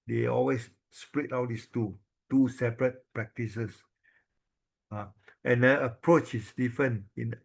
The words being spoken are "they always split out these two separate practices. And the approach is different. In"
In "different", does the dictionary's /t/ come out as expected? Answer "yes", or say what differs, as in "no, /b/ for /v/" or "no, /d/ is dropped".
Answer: no, /t/ is dropped